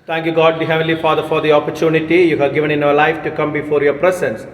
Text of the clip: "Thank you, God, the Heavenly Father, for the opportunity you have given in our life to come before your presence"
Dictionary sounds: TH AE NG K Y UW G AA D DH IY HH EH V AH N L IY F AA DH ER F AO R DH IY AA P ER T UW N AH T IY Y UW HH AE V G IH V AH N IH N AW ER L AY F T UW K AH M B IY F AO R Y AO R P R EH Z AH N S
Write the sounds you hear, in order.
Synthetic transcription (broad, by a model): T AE NG K Y UW G AA D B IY HH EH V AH L IY F AA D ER F AO R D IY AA P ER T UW N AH T IY Y UW HH AE V G IH V AH N IH N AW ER L AY F T UW K AH M B IY F AO R Y AO R P R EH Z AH N S